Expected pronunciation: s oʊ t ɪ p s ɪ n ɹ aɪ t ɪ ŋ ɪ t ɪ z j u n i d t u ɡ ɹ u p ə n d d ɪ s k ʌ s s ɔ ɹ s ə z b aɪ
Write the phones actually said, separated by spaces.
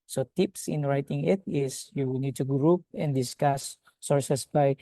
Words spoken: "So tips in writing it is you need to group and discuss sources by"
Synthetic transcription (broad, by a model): s oʊ t ɪ p s ɪ n ɹ aɪ t ɪ ŋ ɪ t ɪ s j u n i d t u ɡ ɹ u p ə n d d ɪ s k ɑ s s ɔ ɹ s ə s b aɪ